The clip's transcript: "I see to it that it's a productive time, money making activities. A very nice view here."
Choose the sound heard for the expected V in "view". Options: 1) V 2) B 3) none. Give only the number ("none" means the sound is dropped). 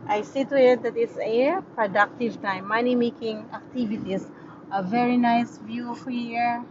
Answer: 1